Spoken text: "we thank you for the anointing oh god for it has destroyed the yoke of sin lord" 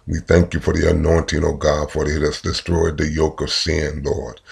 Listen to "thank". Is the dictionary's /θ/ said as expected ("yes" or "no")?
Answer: yes